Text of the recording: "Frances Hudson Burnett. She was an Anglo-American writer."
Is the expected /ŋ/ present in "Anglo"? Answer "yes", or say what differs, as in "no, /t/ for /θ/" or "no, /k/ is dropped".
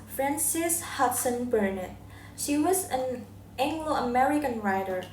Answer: yes